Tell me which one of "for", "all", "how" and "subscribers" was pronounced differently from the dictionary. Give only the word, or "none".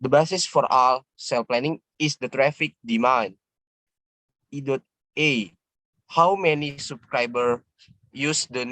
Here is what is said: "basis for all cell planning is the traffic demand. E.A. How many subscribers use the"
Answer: subscribers